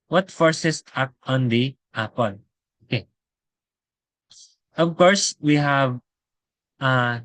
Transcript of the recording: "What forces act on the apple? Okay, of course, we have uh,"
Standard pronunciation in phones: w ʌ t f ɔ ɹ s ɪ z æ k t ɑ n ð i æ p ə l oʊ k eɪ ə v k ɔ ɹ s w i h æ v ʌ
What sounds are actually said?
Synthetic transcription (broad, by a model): w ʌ t f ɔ ɹ s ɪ s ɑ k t ɑ n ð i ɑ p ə n oʊ k eɪ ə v k ɔ ɹ s w i h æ v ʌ